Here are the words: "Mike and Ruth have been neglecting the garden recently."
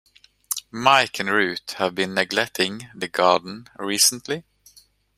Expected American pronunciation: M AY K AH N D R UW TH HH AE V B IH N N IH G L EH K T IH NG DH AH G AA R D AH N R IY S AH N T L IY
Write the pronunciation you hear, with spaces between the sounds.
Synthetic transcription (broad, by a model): M AY K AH N R UW T HH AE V B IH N N IH G L EH K T IH NG DH AH G AA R D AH N R IY S AH N T L IY